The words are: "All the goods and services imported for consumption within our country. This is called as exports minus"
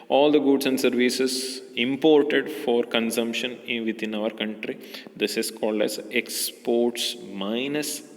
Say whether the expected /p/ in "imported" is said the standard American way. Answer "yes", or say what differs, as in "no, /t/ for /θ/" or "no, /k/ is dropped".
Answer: yes